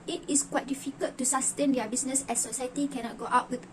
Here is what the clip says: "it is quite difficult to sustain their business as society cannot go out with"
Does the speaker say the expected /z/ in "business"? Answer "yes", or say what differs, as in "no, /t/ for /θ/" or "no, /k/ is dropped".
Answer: no, /s/ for /z/